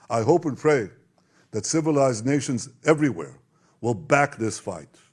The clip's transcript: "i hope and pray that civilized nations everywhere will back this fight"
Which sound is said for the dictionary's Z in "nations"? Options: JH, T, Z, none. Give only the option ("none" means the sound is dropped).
Z